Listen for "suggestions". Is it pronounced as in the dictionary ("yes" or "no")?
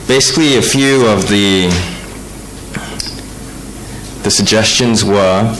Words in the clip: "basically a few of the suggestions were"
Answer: yes